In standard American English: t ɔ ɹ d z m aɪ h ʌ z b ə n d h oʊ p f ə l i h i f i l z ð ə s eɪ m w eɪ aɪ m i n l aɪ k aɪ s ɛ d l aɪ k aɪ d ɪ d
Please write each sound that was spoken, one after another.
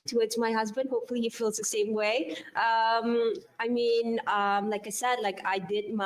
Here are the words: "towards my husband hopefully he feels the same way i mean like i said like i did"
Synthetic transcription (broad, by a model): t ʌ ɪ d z m aɪ h ʌ z b ə n d h oʊ p f ə l i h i f i l z ð ə s eɪ m w eɪ aɪ m i n l aɪ k aɪ s ɛ d l aɪ k aɪ d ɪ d